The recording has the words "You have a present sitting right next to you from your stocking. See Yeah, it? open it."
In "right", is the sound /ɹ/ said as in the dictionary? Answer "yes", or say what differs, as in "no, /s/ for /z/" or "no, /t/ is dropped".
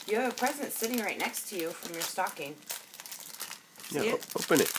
yes